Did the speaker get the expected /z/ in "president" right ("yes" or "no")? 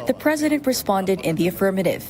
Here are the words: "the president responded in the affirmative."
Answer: yes